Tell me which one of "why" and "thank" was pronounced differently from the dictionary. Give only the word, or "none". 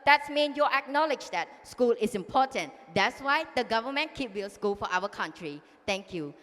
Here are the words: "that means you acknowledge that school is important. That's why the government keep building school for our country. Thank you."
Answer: thank